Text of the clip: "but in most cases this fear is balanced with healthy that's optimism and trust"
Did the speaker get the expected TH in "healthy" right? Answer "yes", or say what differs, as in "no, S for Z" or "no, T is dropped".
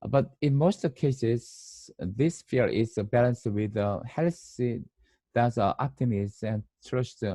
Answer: no, S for TH